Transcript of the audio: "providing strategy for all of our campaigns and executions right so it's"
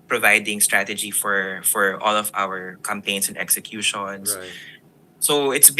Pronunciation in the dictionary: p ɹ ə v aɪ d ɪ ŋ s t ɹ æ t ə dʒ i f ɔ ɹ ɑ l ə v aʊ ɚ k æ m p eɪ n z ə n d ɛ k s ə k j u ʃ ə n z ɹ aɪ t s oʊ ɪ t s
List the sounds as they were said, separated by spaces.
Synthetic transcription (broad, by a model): p ɹ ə v aɪ d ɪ ŋ s t ɹ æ t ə dʒ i f ɔ ɹ ɑ l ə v aʊ ɚ k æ m p eɪ n s ə n d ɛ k s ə k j u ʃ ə n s s oʊ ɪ t s